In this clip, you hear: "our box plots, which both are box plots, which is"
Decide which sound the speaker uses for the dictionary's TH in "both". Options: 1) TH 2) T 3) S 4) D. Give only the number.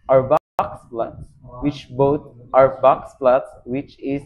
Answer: 2